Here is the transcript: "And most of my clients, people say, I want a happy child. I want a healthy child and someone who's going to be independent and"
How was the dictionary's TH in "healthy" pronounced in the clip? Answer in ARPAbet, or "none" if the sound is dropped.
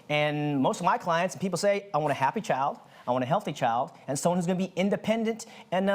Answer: TH